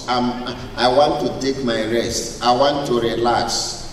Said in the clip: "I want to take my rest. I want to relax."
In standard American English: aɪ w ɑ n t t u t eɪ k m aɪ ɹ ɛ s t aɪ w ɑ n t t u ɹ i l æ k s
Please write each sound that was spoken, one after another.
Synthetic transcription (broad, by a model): aɪ w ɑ n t t u t eɪ k m aɪ ɹ ɛ s t aɪ w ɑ n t t u ɹ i l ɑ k s